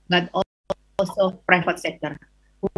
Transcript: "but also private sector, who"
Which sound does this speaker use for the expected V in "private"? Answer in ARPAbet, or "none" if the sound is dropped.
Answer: F